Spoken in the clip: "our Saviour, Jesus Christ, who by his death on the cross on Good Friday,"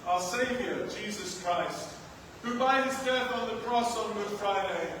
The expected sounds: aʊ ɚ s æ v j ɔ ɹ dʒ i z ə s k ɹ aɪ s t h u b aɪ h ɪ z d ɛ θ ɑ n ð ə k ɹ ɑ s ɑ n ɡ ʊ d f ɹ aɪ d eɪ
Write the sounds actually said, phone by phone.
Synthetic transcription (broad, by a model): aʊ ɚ s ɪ v j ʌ ɹ dʒ i z ə s k ɹ aɪ s t h u b aɪ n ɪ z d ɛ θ n ð ə k ɹ ɑ s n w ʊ f ɹ aɪ d eɪ